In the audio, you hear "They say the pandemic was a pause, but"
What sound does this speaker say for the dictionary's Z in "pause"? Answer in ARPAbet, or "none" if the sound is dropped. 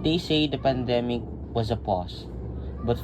S